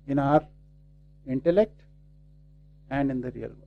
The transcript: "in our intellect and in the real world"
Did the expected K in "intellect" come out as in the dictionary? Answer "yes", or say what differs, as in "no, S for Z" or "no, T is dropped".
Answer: yes